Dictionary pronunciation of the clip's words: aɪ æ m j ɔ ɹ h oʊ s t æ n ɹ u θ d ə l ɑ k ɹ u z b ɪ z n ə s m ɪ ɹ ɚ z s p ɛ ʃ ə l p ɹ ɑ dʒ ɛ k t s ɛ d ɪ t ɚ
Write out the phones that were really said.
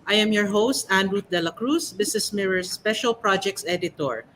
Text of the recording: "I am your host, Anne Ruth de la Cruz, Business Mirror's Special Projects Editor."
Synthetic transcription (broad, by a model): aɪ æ m j ɔ ɹ h oʊ s t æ n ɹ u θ d ə l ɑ k ɹ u s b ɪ s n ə s m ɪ ɹ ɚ s p ɛ ʃ ə l p ɹ ɑ dʒ ɛ k t s ɛ d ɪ t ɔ